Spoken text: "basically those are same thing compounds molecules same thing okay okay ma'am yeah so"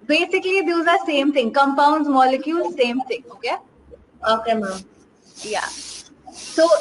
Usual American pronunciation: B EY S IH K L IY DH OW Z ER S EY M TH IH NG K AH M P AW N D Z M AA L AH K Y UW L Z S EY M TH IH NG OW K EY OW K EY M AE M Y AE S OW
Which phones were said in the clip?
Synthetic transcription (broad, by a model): B EY S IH K L IY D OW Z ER S EY M T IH NG K AH M P AW N D Z M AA L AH K Y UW L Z S EY M T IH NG OW K EY OW K EY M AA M Y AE S OW